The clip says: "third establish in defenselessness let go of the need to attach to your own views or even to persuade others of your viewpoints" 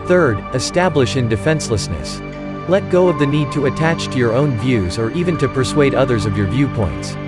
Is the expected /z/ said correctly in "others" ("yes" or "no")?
yes